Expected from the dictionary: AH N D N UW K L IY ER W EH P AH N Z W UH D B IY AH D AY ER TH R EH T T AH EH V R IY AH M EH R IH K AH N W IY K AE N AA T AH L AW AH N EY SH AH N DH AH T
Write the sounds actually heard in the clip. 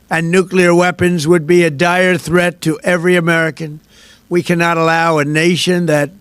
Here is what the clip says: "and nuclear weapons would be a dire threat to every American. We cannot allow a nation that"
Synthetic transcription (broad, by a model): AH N N UW K L IY ER W EH P AH N Z W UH D B IY AH D AY ER TH R EH T T EH V R IY AH M EH R IH K AH N W IY K AE N AA T AH L AW AH N EY SH AH N DH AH T